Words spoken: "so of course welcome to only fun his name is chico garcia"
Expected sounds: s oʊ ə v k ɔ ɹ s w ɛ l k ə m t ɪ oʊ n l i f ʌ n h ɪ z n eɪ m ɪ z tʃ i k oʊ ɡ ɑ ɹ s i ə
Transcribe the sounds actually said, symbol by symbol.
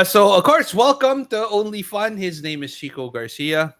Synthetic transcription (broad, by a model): s oʊ ə v k ɔ ɹ s w ɛ l k ə m t ɪ oʊ n l i f ʌ n h ɪ z n eɪ m ɪ z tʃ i k oʊ ɡ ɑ ɹ s i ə